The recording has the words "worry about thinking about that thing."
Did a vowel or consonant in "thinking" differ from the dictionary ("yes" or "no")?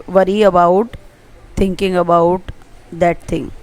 yes